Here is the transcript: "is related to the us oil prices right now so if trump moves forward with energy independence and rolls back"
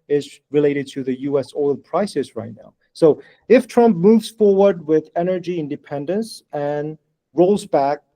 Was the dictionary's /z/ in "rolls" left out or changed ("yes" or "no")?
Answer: no